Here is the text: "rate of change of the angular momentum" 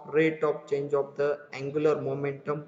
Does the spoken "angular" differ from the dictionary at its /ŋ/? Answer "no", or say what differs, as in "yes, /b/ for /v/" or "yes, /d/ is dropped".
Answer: no